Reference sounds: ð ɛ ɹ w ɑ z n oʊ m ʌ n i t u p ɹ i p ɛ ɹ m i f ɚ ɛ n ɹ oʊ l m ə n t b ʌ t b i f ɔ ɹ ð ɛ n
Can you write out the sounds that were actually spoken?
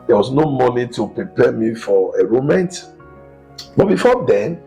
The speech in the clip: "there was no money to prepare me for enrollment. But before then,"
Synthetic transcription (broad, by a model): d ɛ w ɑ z n oʊ m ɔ n i t u p ɹ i p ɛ m i f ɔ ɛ ɹ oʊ m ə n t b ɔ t b i f ɔ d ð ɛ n